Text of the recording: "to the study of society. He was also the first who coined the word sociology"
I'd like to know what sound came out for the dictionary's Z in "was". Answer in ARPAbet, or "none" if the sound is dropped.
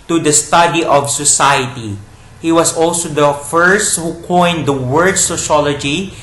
S